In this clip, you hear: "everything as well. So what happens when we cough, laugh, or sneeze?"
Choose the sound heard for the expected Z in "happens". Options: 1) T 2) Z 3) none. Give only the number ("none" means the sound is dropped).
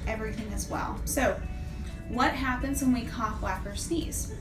2